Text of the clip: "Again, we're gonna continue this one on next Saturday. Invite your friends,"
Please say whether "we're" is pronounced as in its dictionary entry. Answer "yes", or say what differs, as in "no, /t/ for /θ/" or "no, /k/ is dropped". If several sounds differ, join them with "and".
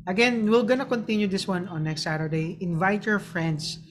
no, /l/ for /ɹ/